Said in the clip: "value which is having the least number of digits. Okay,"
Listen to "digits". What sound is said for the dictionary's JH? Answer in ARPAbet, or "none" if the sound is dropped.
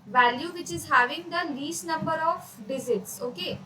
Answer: Z